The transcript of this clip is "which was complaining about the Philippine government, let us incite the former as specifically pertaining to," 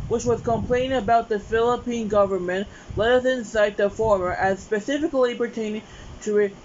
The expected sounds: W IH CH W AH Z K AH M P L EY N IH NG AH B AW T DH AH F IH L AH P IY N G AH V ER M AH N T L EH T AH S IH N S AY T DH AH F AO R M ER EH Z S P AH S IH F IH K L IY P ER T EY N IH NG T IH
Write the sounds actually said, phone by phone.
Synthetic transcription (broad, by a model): W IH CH W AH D K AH M P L EY IH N AH B AW T DH AH F IH L AH P IY N G AH V ER M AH N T L EH T AH S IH N S AY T DH AH F AO R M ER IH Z S P AH S IH F IH K L IY P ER T EY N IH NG T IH